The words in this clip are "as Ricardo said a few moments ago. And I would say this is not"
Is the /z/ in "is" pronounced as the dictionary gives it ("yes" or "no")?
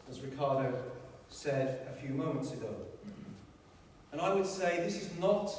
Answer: yes